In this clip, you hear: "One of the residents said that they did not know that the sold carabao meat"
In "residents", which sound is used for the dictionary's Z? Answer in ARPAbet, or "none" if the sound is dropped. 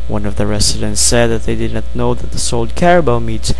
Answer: S